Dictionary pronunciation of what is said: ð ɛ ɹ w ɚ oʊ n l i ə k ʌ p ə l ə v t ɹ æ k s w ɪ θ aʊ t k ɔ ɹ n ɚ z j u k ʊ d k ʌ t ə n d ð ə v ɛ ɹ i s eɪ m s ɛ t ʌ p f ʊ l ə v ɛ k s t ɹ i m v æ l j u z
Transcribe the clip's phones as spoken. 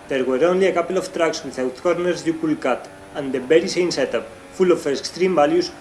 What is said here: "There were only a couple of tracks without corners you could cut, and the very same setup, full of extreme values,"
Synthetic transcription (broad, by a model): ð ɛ ɹ w ɚ oʊ n l i ə k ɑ p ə l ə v t ɹ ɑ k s w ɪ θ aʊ t k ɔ ɹ n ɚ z j u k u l k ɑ t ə n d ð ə b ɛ ɹ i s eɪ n s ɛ t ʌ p f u l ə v ɛ k s t ɹ i m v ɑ l j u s